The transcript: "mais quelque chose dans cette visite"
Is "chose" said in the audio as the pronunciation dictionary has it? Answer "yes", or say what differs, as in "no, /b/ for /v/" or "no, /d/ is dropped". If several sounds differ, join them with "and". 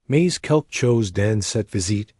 yes